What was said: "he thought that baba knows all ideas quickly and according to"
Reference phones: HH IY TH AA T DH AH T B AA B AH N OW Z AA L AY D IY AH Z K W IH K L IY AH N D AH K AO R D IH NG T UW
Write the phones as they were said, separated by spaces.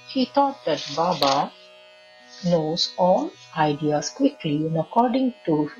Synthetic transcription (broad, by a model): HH IY T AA T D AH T B AA B AH N OW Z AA N AY D IY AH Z K W IH K L IY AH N AH K AO R D IH NG T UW